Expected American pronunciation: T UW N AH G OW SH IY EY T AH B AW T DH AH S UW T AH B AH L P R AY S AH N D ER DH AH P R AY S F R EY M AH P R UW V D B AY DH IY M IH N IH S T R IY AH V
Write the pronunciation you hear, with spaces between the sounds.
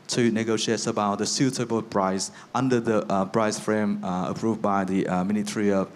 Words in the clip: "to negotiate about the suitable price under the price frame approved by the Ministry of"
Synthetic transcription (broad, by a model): T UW N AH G OW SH IY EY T AH B AW T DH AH S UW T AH B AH L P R AY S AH N D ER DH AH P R AY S F R EY M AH P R UW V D B AY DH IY M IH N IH T R IY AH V